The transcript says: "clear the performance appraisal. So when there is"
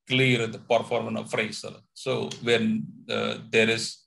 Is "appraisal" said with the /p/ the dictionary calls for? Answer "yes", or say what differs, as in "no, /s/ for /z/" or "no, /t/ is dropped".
no, /f/ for /p/